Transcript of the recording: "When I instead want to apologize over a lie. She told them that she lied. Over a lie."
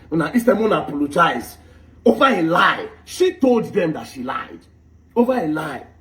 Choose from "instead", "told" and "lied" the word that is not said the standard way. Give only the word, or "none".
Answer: instead